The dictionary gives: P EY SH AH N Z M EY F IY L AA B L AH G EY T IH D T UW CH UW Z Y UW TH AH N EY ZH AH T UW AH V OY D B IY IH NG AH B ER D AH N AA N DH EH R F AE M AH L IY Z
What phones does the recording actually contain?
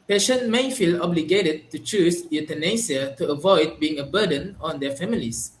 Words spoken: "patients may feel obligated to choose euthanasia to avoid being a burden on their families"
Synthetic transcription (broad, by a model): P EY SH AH N M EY F IY L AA B L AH G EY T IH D T UW CH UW S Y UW T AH N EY S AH T UW AH V OY D B IY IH NG AH B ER D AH N AA N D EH F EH M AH L IY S